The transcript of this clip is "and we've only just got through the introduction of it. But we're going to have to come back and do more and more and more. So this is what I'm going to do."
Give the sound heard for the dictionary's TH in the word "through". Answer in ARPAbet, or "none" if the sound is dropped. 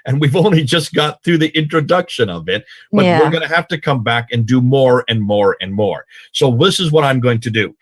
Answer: TH